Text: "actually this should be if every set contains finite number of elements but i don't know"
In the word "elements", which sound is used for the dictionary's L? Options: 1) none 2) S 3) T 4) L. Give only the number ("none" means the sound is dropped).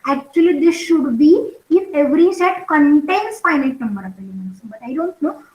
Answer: 1